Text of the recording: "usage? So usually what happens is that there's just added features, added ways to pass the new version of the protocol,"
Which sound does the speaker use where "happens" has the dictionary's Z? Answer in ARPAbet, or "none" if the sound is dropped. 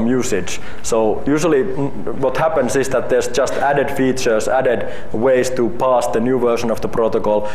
S